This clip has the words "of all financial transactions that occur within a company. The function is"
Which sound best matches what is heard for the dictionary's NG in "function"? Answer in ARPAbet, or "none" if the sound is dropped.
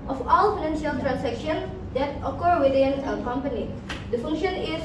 NG